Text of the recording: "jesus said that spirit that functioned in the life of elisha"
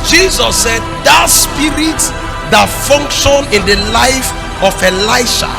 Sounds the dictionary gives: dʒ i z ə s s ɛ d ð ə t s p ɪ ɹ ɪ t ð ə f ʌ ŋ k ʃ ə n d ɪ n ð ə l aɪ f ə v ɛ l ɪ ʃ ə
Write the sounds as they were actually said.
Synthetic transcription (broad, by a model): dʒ i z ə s s ɛ d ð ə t s p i ɹ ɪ t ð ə f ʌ ŋ k ʃ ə n ɪ n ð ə l aɪ f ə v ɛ l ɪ ʃ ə